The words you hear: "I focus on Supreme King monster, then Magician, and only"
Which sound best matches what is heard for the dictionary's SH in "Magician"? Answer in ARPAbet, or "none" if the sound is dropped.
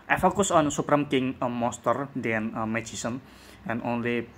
S